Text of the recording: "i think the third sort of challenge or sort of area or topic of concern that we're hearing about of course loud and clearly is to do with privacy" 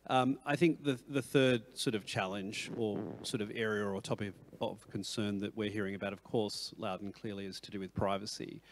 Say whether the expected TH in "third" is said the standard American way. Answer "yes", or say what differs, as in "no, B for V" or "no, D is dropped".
yes